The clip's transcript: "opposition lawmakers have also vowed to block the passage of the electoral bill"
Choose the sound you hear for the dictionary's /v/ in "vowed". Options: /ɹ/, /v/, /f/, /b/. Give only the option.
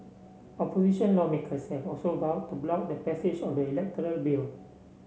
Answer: /b/